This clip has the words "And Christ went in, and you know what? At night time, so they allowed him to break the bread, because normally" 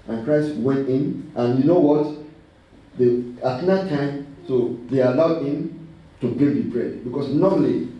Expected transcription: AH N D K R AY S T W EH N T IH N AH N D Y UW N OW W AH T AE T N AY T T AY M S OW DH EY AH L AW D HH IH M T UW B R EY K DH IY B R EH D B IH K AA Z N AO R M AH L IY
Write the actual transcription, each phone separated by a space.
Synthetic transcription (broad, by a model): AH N K R AY S T W EH N T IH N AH N Y UW N OW W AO T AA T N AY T T AY M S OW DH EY AH L AW D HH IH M T UW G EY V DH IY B R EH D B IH K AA S N AO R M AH L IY